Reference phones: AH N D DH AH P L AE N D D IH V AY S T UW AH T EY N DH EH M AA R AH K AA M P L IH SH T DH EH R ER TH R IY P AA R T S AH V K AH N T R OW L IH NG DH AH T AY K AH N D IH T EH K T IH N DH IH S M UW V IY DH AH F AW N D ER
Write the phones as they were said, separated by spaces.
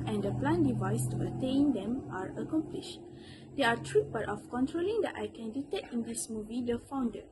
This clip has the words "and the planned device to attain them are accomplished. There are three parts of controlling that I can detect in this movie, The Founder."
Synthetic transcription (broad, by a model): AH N D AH P L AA N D D IH V AY S T UW AH T EY N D EH M AA R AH K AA M P L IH SH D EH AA T R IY B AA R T AH F K AH N T R OW L IH NG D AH T AY K AH N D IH T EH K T IH N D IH S M UW V IY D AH F AW N D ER